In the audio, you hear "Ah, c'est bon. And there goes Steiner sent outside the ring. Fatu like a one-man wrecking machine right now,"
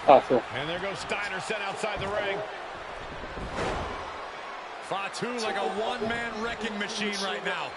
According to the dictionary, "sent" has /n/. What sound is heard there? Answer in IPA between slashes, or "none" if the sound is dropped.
none